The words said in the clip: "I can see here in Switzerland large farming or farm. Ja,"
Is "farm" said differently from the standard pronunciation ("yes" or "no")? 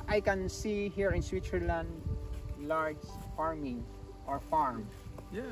no